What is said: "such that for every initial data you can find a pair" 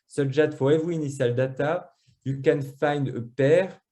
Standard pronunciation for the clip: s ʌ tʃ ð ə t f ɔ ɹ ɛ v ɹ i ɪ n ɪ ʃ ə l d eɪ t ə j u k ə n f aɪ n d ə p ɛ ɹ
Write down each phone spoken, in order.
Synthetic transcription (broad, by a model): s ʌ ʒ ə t f ɔ ɹ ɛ v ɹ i n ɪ s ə l d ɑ t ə j u k ə n f aɪ n d ə p ɛ ɹ